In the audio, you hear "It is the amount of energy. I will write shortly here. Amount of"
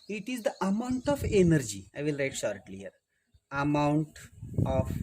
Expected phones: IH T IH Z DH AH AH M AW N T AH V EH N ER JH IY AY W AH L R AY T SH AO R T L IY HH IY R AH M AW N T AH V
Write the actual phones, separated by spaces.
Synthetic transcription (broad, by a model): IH T IH Z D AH AH M AW N T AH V EH N ER JH IY AY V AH L R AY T SH AO R T L IY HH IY R AH M AW N T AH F